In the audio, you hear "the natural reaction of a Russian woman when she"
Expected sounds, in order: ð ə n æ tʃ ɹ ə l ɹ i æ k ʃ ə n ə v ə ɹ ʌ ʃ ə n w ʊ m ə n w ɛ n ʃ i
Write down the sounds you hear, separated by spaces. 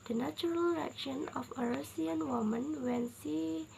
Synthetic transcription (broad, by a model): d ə n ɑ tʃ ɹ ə l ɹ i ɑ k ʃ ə n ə f ə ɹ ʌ s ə n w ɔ m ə n w ɛ n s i